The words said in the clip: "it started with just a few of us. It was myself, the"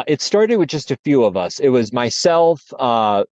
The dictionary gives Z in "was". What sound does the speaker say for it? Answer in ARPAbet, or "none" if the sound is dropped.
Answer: Z